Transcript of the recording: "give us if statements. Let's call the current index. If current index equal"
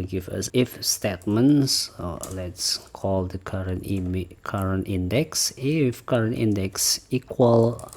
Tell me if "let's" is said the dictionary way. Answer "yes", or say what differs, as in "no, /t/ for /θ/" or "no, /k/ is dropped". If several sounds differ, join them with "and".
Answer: yes